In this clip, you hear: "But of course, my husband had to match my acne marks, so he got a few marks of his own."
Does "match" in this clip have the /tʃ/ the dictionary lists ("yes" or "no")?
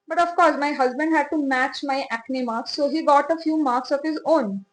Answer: yes